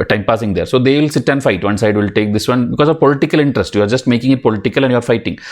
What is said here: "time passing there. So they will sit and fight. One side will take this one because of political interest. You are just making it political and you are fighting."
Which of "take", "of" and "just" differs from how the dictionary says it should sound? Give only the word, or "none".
none